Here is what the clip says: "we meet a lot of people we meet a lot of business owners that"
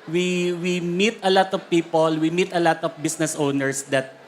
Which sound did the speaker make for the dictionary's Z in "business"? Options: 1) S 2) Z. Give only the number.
1